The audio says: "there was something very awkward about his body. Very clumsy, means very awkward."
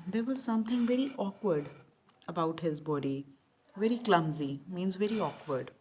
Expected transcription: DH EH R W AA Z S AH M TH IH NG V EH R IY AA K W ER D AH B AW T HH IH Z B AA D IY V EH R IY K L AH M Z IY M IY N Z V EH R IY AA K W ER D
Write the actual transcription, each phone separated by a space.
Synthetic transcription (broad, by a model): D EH R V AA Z S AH M T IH NG V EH R IY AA K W ER D AH B AW T HH IH Z B AA D IY V EH R IY K L AH M Z IY M IY N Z V EH R IY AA K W ER D